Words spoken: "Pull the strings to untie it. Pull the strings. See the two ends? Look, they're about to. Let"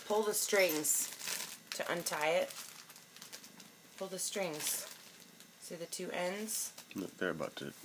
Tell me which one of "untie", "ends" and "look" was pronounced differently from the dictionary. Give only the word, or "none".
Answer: look